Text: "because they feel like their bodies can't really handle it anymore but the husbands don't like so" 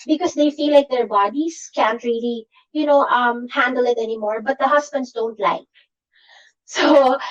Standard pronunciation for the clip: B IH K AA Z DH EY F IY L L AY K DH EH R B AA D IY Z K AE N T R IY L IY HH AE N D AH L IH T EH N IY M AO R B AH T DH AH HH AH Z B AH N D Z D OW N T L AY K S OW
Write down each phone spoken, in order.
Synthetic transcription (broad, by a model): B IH K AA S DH EY F IY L L AY K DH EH R B AA D IY S K AE N T R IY L IY HH AE N D AH L IH T EH N IY M AO R B AH T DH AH HH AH S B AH N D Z D OW N T L AY K S OW